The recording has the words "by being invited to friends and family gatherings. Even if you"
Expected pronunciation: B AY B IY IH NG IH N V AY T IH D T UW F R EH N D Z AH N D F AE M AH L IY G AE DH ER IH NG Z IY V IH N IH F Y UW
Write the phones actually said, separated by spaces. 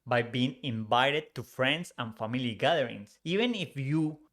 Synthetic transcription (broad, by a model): B AY B IY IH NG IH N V AY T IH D T UW F R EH N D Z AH N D F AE M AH L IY G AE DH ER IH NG S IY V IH N IH F Y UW